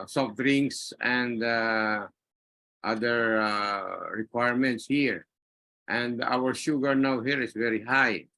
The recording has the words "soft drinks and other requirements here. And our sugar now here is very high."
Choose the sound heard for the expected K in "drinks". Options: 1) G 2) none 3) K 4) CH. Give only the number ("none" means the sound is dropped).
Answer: 2